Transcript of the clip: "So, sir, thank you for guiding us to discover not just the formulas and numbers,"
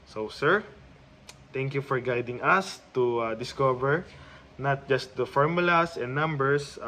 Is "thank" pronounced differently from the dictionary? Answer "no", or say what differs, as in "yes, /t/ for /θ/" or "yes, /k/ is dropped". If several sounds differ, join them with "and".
yes, /t/ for /θ/